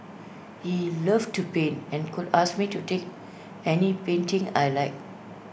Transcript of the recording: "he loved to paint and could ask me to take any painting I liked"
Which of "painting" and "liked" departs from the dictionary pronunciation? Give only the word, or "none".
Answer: liked